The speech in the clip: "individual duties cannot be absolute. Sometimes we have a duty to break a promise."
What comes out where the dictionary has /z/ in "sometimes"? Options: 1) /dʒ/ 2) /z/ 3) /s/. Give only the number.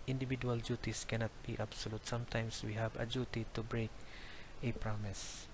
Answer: 3